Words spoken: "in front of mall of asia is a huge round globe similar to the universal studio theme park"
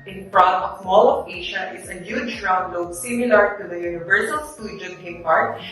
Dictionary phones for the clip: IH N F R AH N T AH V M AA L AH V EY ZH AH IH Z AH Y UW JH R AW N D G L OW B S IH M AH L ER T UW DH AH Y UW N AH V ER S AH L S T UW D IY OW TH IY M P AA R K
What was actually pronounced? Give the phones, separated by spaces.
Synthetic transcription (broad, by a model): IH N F R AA T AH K M AA L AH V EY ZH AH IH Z AH Y UW JH R AW N D L OW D S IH M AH L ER T UW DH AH Y UW N AH V ER S AH L S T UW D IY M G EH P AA R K